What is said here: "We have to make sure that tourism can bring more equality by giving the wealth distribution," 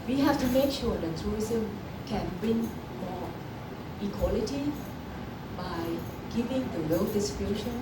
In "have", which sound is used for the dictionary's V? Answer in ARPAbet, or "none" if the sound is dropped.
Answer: F